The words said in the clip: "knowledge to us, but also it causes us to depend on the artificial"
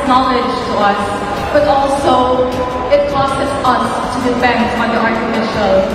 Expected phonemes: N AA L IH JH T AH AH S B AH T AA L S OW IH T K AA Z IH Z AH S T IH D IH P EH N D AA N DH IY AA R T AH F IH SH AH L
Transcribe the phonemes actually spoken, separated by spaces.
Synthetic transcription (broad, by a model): N AA L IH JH T AH AH S B AH T AA L S OW IH T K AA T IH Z AH S T IH D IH F EH N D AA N DH IY AA R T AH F IH SH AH L